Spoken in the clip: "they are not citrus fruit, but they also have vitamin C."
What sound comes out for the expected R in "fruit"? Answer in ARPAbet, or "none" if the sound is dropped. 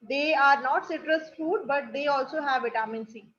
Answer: none